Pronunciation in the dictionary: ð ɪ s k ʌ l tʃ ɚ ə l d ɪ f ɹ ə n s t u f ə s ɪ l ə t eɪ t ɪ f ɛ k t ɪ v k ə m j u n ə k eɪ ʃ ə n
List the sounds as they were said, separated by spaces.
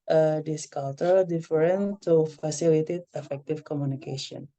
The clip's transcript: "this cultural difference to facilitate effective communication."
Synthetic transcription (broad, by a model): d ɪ s k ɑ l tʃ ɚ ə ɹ d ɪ f ɹ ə n t u f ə s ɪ l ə t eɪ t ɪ f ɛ k t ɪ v k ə m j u n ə k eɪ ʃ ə n